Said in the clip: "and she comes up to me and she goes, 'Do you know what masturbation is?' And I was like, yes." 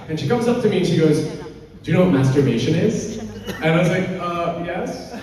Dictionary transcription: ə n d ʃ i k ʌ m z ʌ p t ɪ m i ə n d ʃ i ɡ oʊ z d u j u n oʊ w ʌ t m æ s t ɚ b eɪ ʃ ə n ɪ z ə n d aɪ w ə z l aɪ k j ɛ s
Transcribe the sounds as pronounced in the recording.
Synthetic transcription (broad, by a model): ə n ʃ i k ʌ m z ʌ p t ɪ m i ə n ʃ i ɡ oʊ z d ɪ n oʊ w ʌ t m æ s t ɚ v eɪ ʃ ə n ɪ z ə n aɪ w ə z l aɪ k j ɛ s